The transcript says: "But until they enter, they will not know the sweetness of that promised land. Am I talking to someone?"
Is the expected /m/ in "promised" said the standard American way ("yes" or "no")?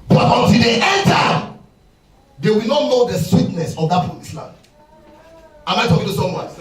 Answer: no